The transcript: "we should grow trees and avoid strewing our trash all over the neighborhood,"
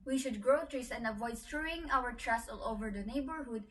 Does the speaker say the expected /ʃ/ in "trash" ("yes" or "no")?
no